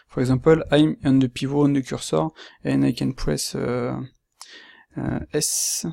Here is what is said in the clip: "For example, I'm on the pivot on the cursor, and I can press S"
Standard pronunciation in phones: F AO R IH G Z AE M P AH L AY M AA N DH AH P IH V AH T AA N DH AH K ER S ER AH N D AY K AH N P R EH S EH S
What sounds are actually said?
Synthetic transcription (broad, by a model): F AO R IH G Z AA P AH L AY M AA N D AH P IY V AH AA N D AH K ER S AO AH N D AY K AH N P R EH S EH S